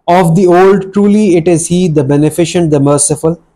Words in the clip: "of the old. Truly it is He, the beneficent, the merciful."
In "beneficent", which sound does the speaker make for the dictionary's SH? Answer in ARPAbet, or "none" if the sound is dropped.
SH